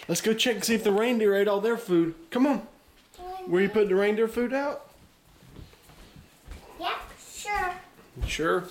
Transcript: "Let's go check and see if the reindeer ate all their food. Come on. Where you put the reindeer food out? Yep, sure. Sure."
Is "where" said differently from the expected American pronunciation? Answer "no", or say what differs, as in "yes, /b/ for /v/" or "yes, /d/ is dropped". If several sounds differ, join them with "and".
yes, /l/ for /ɹ/